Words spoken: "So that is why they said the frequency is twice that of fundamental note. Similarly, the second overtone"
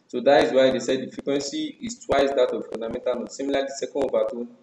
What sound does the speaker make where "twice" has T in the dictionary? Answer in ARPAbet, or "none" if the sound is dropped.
T